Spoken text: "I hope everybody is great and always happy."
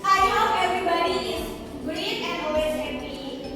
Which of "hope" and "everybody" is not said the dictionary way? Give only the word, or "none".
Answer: hope